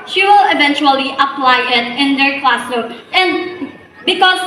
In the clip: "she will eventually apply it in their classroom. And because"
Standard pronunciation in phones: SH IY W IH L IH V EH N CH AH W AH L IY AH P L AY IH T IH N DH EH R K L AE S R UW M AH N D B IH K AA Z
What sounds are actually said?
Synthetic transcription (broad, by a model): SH IY W IH L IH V EH N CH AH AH L IY AH P L AY IH T IH N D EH R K L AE S AO AH N D B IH K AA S